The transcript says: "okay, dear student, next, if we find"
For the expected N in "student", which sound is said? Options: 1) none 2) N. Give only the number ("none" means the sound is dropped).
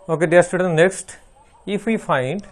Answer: 1